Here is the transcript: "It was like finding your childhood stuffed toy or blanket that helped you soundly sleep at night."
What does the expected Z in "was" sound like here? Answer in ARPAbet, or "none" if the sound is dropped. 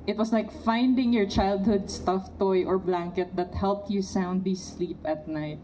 S